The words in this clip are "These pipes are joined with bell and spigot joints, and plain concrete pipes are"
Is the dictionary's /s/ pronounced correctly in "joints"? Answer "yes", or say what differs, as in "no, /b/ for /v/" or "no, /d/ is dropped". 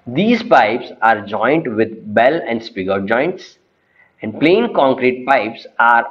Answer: yes